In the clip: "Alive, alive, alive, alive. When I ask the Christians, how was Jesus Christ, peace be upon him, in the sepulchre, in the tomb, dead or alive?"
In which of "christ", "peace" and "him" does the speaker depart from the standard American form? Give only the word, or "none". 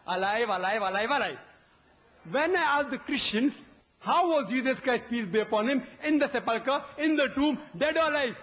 none